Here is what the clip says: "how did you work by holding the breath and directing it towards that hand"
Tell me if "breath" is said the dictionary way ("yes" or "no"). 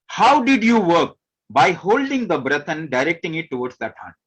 no